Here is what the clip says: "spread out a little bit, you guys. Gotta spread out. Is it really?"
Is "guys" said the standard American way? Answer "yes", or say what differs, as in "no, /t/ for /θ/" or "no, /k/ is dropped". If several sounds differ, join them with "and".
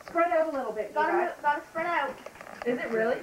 no, /z/ is dropped